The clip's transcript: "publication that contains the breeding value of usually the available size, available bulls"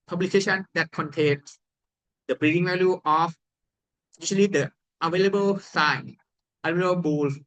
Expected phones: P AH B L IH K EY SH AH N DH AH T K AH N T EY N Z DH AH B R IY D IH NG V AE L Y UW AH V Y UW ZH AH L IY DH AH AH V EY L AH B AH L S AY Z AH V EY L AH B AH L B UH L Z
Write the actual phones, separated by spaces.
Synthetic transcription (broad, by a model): P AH B L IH K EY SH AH N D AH T K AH N T EY N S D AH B R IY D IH NG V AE L Y UW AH F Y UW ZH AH L IY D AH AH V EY L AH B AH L S AY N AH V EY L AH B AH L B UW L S